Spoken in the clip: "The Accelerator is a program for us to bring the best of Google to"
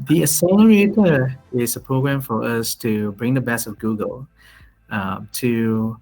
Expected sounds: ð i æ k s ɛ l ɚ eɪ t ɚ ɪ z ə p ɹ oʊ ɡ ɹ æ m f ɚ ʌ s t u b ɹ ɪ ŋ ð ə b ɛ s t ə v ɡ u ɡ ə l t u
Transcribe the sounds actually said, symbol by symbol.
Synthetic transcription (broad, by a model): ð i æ s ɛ l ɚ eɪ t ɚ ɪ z ə p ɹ oʊ ɡ ɹ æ m f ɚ ʌ s t u b ɹ ɪ ŋ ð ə b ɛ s ə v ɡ u ɡ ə l t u